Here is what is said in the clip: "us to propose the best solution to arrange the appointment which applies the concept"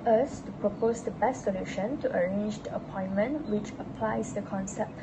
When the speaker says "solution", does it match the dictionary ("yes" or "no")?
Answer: yes